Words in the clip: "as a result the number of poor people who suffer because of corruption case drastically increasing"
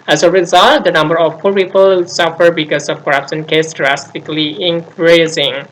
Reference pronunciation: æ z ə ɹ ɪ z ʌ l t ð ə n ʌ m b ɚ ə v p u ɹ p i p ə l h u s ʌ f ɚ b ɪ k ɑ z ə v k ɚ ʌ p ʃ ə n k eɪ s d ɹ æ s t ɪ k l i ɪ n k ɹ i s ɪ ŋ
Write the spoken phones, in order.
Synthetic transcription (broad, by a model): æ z ə ɹ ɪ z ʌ l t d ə n ʌ m b ɚ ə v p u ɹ p i p ə l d s ʌ f ɚ b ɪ k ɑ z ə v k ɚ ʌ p s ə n k eɪ s d ɹ æ s t ɪ k l i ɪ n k ɹ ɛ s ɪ ŋ